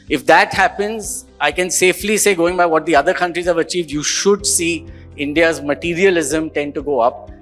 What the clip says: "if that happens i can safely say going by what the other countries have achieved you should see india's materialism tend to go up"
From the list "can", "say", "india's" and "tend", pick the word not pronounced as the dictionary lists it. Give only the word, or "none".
none